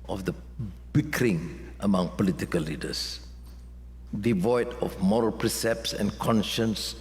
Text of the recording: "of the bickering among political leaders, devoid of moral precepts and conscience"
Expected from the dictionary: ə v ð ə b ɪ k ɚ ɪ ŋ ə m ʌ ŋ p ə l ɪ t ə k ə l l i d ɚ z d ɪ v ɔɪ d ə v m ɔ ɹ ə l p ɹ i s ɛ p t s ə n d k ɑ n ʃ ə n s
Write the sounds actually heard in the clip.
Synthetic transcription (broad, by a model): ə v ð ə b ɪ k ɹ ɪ ŋ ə m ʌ ŋ p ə l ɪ t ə k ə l l i d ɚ s d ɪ v ɔɪ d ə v m ɔ ɹ ə l p ɹ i s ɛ p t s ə n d k ɑ n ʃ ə n s